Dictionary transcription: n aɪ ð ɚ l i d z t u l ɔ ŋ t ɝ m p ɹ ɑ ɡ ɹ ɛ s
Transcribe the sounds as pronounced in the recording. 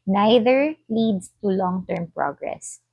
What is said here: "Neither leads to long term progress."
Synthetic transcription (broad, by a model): n aɪ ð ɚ l i d s t u l ɔ ŋ t ɝ m p ɹ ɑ ɡ ɹ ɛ s